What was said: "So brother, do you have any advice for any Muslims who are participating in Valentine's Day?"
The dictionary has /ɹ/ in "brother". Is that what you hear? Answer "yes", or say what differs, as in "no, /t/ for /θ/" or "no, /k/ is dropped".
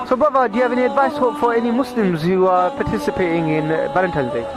no, /ɹ/ is dropped